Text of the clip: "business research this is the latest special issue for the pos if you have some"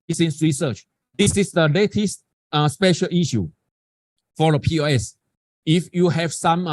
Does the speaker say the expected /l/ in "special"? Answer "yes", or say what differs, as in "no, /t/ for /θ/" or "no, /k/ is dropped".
yes